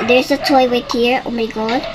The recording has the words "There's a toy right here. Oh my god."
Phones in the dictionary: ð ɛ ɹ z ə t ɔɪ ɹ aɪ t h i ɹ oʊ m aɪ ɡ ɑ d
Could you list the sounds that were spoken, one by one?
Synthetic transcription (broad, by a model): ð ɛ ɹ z ə t ɔɪ w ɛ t h i ɹ oʊ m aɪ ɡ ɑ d